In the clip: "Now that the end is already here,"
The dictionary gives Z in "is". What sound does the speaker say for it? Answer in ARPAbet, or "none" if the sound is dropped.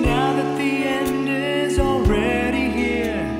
Z